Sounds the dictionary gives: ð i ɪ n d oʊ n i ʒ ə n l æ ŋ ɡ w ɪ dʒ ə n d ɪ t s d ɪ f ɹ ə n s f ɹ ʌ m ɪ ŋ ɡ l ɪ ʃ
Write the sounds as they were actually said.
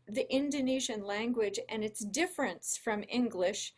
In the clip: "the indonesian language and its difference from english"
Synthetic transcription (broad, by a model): ð i ɪ n d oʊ n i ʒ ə n l æ ŋ ɡ w ɪ dʒ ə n ɪ t s d ɪ f ɹ ə n s f ɹ ʌ m ɪ ŋ ɡ l ɪ ʃ